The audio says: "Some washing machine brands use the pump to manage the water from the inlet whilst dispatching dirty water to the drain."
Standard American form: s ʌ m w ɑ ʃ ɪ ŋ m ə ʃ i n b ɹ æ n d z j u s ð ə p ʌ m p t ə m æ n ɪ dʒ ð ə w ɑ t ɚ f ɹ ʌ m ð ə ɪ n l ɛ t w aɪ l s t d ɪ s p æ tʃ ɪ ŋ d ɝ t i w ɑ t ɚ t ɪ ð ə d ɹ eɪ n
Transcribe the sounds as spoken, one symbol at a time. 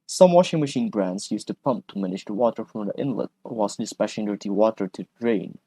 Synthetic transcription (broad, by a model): s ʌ m w ɑ ʃ ɪ ŋ m ə ʃ i n b ɹ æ n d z j u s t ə p ʌ m p t ə m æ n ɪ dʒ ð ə w ɑ t ɚ f ɹ ʌ m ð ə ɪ n l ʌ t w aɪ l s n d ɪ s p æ ʃ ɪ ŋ d ɝ t i w ɑ t ɚ t ɪ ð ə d ɹ eɪ n